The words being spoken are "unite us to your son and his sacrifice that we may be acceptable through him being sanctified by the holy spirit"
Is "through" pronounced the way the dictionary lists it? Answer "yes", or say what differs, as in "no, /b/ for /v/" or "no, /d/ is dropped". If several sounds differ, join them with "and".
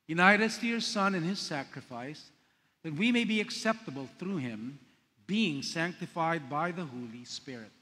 yes